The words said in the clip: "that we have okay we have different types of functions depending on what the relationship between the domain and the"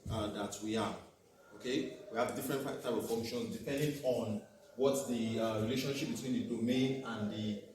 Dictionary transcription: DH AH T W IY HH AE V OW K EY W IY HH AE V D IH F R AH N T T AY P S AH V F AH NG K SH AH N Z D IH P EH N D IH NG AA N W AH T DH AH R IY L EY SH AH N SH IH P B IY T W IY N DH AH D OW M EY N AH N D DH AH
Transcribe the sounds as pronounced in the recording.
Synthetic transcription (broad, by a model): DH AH T W IY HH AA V OW K EY W IY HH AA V D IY F R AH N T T AY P AH V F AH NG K SH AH N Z D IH P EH N D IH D AA N W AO T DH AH R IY L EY SH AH N SH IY P B IY T W IY N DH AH D OW M EY N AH N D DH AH